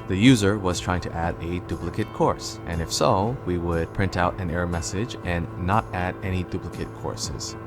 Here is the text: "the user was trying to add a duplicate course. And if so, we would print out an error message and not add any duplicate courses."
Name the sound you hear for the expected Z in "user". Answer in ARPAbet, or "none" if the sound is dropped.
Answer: Z